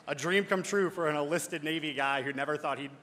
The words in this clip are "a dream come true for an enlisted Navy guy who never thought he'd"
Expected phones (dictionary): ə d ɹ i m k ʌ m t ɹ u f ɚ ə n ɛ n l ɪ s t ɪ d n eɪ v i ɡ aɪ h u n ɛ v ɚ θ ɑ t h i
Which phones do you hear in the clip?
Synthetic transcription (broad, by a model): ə d ɹ i m k ʌ m t ɹ u f ɚ ə n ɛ l ɪ s t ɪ d n eɪ v i ɡ aɪ h u n ɛ v ɚ θ ɑ t h i